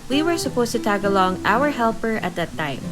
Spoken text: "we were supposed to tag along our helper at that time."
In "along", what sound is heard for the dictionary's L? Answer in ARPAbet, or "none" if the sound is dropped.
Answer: L